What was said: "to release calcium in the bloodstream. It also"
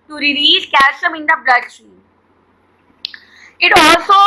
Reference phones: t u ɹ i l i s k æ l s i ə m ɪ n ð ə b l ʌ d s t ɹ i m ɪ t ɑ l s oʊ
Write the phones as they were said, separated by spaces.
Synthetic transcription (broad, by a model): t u ɹ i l i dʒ k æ s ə m ɪ n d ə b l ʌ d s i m ɪ t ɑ l s oʊ